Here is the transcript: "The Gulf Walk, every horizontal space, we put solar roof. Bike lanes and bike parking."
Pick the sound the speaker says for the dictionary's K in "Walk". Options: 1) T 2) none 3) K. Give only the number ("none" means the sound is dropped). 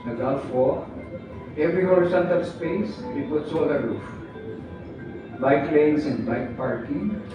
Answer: 2